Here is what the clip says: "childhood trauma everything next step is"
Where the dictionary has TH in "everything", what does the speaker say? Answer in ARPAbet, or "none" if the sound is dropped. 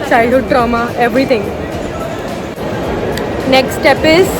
T